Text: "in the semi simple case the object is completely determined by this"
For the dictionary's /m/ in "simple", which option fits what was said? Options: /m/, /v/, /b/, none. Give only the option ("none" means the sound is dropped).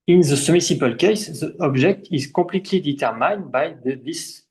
none